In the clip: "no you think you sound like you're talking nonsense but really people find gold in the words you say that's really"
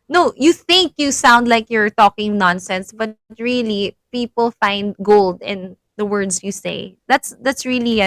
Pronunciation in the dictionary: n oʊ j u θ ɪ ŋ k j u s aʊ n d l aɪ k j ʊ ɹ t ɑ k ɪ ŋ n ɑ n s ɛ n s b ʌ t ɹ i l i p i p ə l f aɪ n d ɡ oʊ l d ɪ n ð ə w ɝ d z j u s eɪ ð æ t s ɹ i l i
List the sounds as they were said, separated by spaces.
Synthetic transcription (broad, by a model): n oʊ j u θ ɪ ŋ k j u s aʊ n d l aɪ k j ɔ ɹ t ɑ k ɪ ŋ n ɑ n s ɛ n s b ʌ t ɹ i l i p i p ə l f aɪ n d ɡ oʊ l d ɪ n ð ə w ɝ d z j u s eɪ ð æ t s ɹ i l i